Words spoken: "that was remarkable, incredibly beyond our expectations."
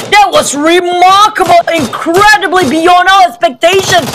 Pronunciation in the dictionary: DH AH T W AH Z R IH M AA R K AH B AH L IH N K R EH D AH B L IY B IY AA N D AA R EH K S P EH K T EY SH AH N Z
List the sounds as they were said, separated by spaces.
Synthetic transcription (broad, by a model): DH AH T W AH Z R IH M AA R K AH B L IH N K R EH D AH B L IY B IY AA N D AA L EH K S P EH K T EY SH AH N